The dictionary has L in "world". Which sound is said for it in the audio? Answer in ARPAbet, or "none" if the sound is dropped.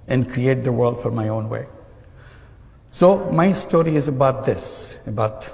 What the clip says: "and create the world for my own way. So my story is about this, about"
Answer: L